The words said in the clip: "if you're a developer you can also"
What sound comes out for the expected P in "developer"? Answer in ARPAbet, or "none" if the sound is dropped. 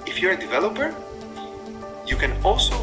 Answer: P